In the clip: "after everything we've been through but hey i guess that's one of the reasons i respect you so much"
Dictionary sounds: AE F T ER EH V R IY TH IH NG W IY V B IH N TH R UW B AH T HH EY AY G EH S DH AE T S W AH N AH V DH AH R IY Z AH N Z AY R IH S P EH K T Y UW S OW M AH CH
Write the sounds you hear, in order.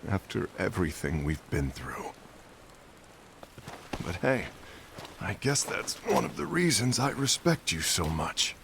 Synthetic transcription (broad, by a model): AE F T ER EH V R IY TH IH NG W IY V B IH N TH R UW B AH T HH EY AY G EH S DH AE T S W AH N AH V DH AH R IY Z AH N Z AY R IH S P EH K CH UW S OW M AH CH